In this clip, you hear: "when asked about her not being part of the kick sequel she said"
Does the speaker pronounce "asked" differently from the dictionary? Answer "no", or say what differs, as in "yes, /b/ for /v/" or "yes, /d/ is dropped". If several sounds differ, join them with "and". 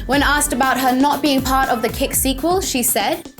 no